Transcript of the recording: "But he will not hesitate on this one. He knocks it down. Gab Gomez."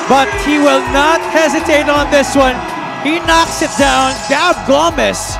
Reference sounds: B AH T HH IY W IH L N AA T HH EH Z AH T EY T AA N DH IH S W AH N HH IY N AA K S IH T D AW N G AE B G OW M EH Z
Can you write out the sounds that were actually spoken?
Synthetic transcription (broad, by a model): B AH T HH IY W IH L N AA T HH EH Z AH T EY T N DH IH S W AH N HH IY N AA K S IH T D AW N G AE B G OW M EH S